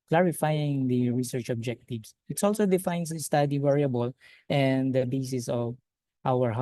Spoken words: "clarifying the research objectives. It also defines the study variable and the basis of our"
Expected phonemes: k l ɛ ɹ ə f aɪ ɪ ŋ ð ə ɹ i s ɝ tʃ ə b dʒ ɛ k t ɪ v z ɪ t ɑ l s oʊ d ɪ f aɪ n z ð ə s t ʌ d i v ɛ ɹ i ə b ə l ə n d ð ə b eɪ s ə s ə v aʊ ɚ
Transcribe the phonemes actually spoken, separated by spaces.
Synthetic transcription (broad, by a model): k l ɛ ɹ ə f aɪ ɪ ŋ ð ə ɹ i s ɝ tʃ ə b dʒ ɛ k t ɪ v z ɪ t ɑ l s oʊ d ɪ f aɪ n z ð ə s t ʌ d i v ɛ ɹ i ə b ə l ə n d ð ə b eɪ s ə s ə v aʊ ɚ